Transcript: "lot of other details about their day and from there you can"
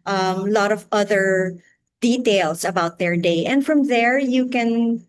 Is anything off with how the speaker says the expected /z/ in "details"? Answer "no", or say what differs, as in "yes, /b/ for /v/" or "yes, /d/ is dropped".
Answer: yes, /s/ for /z/